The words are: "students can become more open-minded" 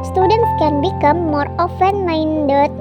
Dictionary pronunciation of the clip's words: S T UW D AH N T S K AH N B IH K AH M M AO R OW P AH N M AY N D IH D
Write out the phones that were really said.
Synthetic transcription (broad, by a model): S T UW D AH N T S K AH N B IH K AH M M AO R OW F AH N M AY N D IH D